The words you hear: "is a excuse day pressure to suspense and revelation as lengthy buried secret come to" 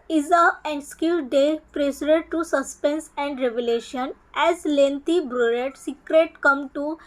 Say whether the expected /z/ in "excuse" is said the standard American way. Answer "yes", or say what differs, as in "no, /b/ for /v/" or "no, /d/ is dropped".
no, /z/ is dropped